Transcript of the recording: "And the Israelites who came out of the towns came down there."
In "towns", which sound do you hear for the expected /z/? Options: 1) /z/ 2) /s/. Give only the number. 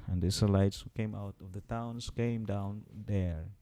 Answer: 2